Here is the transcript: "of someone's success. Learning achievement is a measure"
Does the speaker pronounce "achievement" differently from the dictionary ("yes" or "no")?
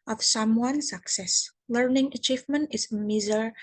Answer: no